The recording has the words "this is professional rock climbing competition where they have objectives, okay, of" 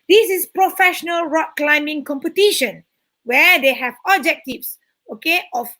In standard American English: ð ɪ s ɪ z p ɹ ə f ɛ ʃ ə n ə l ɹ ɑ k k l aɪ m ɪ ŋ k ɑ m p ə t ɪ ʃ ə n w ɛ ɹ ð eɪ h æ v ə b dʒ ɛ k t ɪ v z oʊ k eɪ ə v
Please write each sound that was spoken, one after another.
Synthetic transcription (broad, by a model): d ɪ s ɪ s p ɹ ə f ɛ ʃ ə n ə l ɹ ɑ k k l aɪ m ɪ ŋ k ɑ m p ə t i ʃ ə n w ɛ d eɪ h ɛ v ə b dʒ ɛ k t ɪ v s oʊ k eɪ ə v